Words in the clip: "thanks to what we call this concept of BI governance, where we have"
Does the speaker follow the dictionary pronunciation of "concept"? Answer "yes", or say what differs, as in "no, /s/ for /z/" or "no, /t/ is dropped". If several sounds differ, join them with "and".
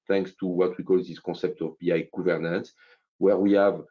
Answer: no, /n/ is dropped